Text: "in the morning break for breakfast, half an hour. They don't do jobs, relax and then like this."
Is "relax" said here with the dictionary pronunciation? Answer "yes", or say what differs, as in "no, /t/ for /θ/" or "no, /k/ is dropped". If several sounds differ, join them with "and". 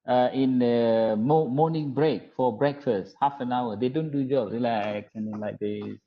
no, /s/ is dropped